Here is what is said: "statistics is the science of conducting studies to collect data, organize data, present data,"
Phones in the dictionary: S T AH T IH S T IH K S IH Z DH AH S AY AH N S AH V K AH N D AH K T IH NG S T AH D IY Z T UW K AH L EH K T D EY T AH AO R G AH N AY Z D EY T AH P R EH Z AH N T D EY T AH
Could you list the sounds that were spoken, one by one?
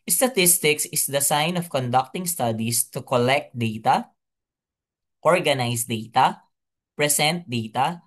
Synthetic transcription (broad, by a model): S T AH T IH S T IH K S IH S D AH S AY N AH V K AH N D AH K T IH NG S T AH D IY S T UW K AH L EH K T D EY T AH AO R G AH N AY S D EY T AH P R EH S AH N T D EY T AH